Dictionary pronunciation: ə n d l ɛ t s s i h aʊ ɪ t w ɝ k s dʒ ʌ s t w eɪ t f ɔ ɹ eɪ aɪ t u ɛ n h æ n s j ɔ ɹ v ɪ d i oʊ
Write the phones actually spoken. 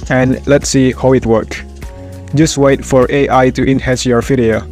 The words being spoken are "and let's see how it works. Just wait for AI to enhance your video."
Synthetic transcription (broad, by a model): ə n l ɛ t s s i h aʊ ɪ t w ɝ k dʒ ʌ s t w eɪ t f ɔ ɹ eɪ aɪ t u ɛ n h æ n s j ɔ ɹ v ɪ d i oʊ